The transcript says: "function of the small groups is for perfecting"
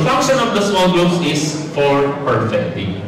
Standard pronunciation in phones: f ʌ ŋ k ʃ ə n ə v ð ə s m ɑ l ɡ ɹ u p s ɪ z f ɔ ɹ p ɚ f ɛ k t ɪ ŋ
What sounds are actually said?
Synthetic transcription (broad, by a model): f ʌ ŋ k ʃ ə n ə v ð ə s m ɑ l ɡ u s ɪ s f ɔ ɹ p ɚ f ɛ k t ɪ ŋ